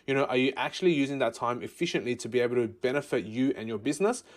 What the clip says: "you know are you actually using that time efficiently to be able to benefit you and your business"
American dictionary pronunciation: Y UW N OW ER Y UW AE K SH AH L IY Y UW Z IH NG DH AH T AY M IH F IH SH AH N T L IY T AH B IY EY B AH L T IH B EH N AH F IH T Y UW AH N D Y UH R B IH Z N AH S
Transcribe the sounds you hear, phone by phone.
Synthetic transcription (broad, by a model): Y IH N OW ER Y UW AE K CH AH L IY Y UW Z IH NG DH AH T AY M IH F IH SH AH N T L IY T AH B IY EY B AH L T IH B EH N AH F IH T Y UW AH N Y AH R B IH Z N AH S